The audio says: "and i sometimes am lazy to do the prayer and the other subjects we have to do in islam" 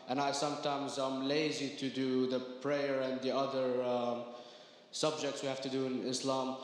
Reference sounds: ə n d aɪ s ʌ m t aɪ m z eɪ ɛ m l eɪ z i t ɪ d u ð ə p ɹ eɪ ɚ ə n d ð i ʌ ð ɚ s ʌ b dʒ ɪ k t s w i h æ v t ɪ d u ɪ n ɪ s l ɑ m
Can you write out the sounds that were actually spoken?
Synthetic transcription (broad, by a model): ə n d aɪ s ʌ m t aɪ m z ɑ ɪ m l eɪ z i t ɪ d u ð ə p ɹ eɪ ɚ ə n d ð i ʌ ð ɚ s ʌ b dʒ ɪ k t s w i h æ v t ɪ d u ɪ n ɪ s l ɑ m